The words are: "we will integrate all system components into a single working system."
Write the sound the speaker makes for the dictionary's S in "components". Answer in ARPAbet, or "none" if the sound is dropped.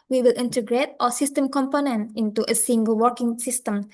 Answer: none